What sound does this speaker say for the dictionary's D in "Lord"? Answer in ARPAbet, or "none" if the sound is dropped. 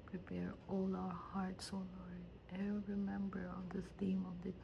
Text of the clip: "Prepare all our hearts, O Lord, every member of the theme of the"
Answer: none